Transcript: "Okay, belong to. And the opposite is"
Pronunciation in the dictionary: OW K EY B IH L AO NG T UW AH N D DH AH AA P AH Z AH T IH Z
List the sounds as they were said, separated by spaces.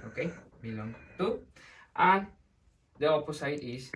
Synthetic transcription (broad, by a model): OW K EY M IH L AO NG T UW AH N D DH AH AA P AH S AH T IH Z